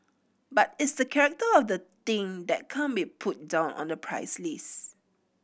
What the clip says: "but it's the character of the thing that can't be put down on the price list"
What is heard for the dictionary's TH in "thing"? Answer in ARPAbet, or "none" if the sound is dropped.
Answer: T